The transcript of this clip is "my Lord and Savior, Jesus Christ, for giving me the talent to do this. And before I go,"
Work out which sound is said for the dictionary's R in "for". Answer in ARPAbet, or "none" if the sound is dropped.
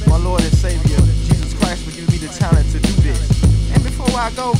L